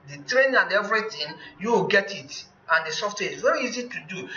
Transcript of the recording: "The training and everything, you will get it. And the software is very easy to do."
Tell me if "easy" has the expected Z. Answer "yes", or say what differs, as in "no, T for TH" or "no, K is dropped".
yes